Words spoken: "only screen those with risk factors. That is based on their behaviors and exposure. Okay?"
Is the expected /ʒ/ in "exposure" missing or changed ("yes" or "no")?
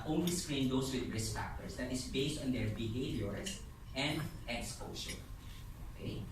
yes